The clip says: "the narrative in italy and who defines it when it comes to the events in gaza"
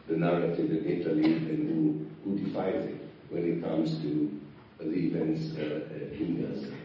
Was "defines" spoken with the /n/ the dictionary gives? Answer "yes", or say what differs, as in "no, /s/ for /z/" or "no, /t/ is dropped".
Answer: no, /n/ is dropped